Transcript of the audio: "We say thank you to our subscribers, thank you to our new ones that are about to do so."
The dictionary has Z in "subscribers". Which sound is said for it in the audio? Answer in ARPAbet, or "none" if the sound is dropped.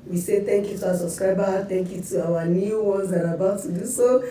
none